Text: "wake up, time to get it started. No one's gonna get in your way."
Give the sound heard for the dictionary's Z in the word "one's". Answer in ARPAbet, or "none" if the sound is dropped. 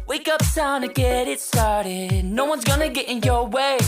Z